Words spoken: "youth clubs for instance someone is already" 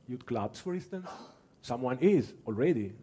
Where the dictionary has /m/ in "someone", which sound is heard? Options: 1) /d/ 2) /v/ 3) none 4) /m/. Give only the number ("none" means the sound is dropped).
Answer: 4